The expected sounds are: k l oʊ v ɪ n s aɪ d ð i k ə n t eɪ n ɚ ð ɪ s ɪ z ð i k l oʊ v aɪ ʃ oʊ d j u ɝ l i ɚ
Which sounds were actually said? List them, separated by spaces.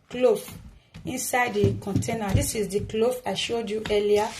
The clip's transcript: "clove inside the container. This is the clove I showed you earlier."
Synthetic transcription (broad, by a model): k l oʊ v ɪ n s aɪ d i k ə n t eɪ n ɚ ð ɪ s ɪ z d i k l oʊ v aɪ ʃ oʊ d j u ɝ l i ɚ